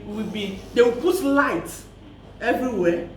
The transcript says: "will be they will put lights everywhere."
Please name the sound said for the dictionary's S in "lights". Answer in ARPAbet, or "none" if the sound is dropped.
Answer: none